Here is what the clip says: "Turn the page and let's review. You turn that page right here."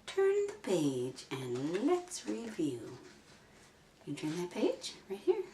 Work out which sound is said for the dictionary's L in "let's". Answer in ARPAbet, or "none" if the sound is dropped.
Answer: L